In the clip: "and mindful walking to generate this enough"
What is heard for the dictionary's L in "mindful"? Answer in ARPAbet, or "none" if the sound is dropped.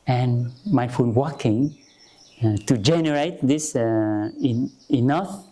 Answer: N